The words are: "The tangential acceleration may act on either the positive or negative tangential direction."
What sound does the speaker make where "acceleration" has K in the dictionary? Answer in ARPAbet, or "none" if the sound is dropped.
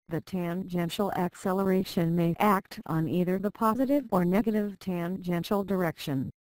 K